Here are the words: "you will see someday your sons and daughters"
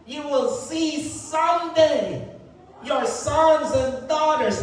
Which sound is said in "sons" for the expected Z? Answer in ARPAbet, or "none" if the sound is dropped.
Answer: Z